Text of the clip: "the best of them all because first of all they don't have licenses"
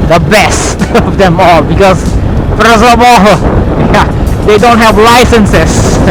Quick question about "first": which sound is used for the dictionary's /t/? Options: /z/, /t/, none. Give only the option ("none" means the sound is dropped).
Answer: none